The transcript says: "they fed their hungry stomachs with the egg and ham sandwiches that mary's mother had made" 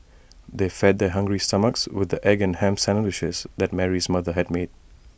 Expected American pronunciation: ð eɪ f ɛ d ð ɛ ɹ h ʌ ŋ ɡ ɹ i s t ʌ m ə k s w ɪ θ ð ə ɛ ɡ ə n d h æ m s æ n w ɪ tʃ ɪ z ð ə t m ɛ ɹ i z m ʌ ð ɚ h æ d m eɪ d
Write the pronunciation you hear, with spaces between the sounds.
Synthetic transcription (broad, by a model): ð eɪ f ɛ d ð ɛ h ʌ ŋ ɡ ɹ i s t ʌ m ə k s w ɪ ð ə ɛ ɡ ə n h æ m s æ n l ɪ ʃ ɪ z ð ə t m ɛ ɹ i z m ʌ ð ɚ h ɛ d m eɪ d